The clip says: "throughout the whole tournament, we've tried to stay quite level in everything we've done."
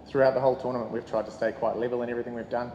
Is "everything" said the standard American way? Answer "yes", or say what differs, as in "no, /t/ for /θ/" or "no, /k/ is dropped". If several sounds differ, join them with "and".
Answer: yes